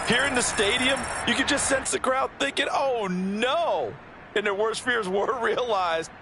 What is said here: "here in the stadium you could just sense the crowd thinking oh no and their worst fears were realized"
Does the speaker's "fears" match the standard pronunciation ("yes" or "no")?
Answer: yes